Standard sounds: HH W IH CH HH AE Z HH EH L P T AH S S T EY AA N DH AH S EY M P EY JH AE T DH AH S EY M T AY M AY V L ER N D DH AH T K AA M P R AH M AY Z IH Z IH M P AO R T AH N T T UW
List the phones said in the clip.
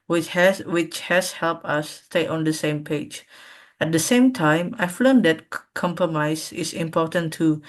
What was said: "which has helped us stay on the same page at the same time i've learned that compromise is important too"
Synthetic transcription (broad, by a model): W W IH CH HH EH S HH EH L P T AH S S T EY AA N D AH S EY M P EY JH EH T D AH S EY M T AY M AY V L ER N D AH T K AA M P R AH M AY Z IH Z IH M P AO T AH N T T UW